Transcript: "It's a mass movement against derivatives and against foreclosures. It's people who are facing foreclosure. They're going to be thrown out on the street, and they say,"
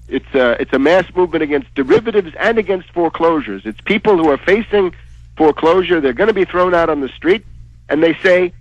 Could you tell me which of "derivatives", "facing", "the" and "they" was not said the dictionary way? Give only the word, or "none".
none